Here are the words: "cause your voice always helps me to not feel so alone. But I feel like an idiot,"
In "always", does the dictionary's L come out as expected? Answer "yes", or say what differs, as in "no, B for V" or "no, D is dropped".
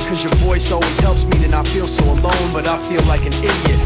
no, L is dropped